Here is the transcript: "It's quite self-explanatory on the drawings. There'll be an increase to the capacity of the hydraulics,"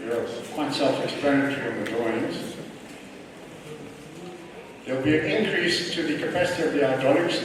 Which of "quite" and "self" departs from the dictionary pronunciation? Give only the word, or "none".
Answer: none